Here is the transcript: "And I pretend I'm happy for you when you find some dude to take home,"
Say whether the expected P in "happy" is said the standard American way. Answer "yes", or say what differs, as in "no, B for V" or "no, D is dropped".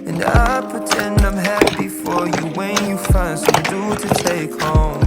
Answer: no, B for P